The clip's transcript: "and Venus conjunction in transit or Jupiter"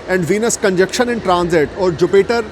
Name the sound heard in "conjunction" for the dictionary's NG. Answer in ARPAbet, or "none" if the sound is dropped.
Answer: none